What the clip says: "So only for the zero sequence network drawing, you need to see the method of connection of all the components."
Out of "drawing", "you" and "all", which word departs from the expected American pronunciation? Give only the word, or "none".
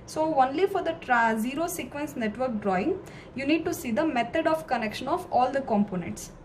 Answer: none